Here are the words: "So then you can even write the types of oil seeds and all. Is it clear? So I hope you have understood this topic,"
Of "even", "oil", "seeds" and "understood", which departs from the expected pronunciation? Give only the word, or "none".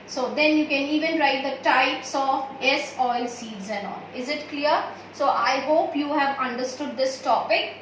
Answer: none